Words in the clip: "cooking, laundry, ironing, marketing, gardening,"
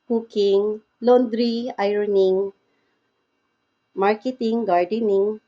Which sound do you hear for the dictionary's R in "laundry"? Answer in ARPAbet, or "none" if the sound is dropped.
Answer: R